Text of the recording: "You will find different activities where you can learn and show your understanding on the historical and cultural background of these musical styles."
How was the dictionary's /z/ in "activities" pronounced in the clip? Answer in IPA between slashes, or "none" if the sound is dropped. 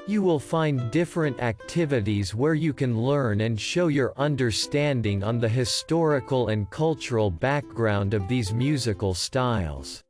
/z/